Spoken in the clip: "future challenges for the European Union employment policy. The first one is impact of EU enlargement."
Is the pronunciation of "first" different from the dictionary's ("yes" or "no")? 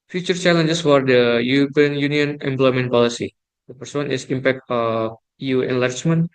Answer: yes